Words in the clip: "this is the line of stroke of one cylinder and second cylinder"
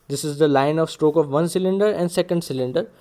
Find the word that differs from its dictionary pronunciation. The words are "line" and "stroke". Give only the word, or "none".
none